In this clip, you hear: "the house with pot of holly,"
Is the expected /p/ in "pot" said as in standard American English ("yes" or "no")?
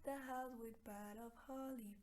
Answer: no